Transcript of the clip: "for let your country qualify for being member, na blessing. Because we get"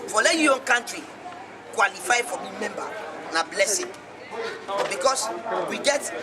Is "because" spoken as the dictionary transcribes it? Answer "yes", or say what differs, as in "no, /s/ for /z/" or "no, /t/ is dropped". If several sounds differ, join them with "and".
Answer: no, /s/ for /z/